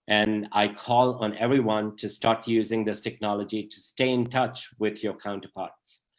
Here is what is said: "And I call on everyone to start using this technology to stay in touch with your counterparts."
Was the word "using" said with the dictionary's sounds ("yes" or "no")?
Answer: yes